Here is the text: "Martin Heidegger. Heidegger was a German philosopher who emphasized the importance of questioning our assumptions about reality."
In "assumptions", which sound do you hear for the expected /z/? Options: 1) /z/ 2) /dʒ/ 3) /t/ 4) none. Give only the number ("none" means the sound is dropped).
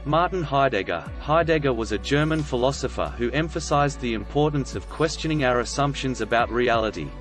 1